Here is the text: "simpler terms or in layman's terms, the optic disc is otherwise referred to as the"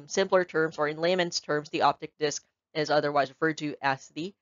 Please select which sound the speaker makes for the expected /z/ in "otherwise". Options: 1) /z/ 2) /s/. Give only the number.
1